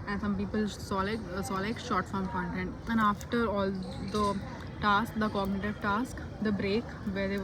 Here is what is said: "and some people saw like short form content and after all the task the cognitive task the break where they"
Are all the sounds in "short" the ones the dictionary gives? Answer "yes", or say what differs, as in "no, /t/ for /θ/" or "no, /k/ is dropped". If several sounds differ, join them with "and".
no, /s/ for /ʃ/